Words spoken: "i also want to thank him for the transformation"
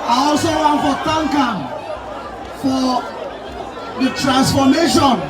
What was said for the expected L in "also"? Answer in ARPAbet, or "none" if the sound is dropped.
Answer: L